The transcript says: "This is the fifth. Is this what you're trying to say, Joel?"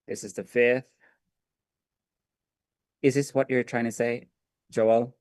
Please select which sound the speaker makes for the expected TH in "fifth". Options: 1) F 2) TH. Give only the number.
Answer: 2